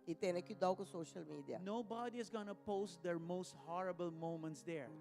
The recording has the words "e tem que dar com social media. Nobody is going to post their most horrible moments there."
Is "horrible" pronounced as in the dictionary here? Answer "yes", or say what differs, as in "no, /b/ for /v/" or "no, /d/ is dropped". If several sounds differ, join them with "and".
yes